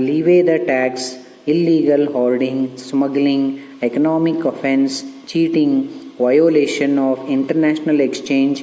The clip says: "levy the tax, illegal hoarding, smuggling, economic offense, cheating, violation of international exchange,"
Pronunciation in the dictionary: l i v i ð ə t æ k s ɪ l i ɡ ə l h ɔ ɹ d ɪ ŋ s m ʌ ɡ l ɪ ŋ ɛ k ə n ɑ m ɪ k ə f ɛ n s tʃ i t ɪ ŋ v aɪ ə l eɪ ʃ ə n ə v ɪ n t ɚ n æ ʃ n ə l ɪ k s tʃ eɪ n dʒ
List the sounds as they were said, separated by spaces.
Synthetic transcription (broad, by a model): l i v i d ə t æ k s ɪ l i ɡ ə l h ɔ l d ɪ ŋ s m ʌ ɡ l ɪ ŋ ɛ k ə n ɑ m ɪ k ə f ɛ n s tʃ i t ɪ ŋ v aɪ ə l eɪ ʃ ə n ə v ɪ n t ɚ n æ ʃ n ə l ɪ k s tʃ eɪ n dʒ